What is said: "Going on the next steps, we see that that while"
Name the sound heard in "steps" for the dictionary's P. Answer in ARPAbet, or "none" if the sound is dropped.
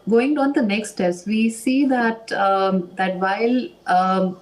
none